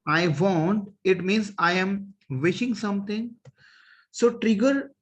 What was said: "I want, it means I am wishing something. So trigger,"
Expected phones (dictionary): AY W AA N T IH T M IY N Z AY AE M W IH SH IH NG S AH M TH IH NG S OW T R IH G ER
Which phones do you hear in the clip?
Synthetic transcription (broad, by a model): AY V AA N T IH T M IY N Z AY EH M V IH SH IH NG S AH M T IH NG S OW T R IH G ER